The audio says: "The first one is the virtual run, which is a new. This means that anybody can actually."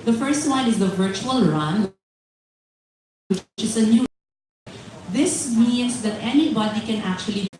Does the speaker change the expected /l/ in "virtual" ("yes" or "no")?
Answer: no